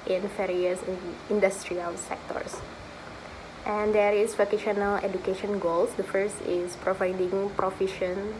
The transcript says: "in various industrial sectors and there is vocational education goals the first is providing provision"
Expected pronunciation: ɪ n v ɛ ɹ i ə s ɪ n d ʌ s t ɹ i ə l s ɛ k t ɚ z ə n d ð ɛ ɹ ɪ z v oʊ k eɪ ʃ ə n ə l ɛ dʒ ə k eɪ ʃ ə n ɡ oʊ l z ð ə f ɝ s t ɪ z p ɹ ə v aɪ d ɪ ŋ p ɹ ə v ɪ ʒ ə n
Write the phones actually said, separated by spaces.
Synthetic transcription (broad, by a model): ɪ n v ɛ ɹ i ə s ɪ n d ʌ s t ɹ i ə l s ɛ k t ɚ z ə n d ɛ ɹ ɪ s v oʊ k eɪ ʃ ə n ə l ɛ dʒ ə k eɪ ʃ ə n ɡ oʊ l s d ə f ɝ s t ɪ s p ɹ ə v aɪ d ɪ ŋ p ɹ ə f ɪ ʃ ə n